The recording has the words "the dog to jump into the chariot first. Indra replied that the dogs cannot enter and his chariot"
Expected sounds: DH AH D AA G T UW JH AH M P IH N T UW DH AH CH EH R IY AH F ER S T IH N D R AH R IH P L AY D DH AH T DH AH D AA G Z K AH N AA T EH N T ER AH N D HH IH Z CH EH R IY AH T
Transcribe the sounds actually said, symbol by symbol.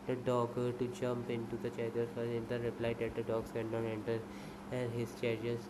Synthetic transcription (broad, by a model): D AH D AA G T UW JH AH M P IH N T UW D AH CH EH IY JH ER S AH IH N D AH R IH P L AY D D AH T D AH D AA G S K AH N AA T EH N T ER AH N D HH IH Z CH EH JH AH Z